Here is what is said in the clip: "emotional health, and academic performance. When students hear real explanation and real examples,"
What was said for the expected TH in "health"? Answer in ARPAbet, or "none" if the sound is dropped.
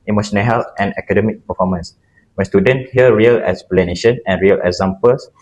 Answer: T